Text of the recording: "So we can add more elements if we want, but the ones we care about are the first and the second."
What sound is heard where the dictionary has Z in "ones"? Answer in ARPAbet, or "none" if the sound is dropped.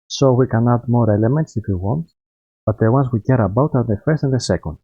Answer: S